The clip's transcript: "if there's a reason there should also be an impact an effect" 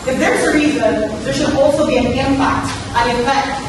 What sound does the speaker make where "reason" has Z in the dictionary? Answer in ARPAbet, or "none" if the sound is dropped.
Z